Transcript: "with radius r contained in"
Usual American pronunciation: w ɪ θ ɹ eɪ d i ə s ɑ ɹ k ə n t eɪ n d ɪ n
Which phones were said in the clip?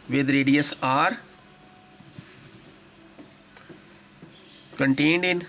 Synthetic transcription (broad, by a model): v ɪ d ɹ eɪ d i ə s ɑ ɹ k ə n t eɪ n d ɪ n